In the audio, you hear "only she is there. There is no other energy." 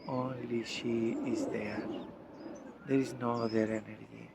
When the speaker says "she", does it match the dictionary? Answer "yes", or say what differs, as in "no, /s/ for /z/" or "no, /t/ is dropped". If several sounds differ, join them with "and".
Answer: yes